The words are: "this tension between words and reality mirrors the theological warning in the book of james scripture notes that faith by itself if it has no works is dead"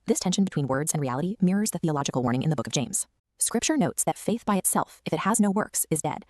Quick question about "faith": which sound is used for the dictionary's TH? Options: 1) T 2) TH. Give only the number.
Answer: 2